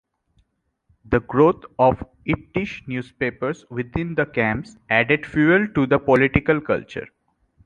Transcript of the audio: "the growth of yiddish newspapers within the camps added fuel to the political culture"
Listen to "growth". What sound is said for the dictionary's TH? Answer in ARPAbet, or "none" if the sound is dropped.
T